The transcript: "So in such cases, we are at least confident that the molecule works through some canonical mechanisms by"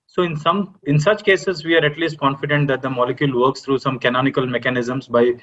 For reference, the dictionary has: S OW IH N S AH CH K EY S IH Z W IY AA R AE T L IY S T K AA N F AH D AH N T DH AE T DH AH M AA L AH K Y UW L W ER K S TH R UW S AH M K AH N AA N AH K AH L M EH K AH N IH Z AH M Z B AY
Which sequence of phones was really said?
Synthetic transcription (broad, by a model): S OW IH N S AH CH K EY S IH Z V IY AA R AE T L IY S T K AA N F AH D AH N T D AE T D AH M AA L AH K Y UW L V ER K S T R UW S AH M K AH N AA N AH K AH L M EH K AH N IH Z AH M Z B AY